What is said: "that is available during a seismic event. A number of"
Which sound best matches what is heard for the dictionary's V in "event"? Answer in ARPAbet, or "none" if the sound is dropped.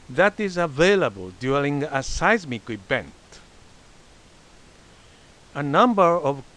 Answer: B